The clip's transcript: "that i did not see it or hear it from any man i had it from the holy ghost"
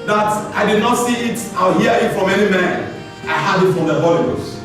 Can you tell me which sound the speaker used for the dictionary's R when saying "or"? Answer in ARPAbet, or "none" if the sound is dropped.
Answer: L